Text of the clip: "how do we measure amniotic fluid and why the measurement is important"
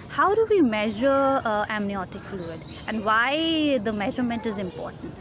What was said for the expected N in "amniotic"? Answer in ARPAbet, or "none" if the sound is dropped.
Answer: N